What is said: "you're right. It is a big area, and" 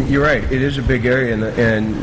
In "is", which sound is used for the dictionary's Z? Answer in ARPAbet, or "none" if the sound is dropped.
Z